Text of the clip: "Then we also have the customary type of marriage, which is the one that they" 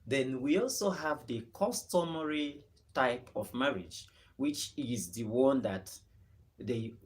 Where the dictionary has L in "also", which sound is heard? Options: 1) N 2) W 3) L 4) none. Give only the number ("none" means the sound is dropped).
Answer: 3